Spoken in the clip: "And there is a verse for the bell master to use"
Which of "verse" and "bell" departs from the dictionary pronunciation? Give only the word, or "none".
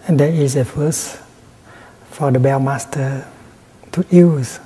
verse